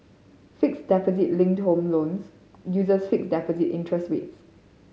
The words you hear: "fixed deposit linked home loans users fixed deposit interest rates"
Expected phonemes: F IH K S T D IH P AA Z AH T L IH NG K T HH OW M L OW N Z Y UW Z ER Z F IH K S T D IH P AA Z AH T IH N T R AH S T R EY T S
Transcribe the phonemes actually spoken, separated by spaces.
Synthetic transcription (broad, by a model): F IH K S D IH P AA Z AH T L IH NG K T HH OW M L OW N S Y UW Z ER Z F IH K S D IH P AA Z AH T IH N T R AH S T W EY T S